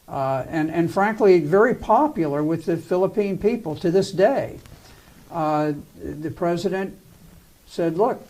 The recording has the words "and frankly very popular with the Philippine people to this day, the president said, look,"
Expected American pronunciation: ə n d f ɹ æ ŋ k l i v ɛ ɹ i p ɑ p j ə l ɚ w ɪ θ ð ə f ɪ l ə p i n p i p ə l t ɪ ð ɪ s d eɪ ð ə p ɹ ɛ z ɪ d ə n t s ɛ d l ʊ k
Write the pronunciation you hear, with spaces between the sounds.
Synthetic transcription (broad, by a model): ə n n f ɹ æ ŋ k l i v ɛ ɹ i p ɑ p j l ɚ w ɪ ð ə f ɪ l ə p i n p i p l t ɪ ð ɪ s d eɪ ð ə p ɹ ɛ z ɪ d ə n t s ɛ d l ʊ k